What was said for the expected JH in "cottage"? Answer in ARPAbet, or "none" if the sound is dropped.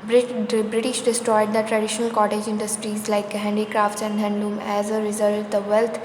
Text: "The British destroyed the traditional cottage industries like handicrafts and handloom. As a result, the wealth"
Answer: JH